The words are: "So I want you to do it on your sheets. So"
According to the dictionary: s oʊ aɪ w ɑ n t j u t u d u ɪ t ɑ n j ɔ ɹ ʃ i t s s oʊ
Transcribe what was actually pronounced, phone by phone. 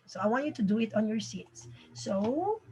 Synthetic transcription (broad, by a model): s oʊ aɪ w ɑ n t j u t u d u ɪ t ɑ n j ɔ ɹ s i t s s oʊ